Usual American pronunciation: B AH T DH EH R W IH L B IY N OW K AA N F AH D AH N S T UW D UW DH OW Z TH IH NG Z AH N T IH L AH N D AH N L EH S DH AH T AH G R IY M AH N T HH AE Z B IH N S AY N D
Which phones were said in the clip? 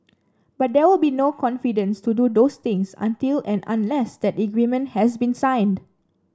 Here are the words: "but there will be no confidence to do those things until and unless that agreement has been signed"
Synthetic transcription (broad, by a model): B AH T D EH W IH L B IY N OW K AA N F AH D AH N S T UW D UW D OW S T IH NG S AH N T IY L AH N AH N L EH S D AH T AH G R IY M AH N T HH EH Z B IH N S AY N D